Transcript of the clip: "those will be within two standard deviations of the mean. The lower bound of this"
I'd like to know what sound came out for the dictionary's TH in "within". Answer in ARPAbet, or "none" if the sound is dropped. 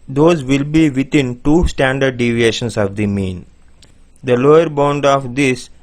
T